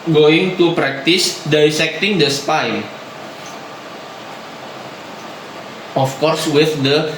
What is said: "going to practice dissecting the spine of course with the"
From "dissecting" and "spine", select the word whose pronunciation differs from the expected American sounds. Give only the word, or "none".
spine